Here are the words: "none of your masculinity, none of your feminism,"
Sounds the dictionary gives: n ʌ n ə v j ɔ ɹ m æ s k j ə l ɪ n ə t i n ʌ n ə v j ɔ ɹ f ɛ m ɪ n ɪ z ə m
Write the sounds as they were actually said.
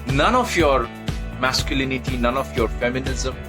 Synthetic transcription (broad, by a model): n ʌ n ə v j ɔ ɹ m æ s k j ə l ɪ n ə t i n ʌ n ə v j ɔ ɹ f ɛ m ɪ n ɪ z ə m